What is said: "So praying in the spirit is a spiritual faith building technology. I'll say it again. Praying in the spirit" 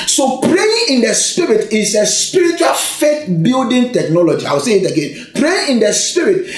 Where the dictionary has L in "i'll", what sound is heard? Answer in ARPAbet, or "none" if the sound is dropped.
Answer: W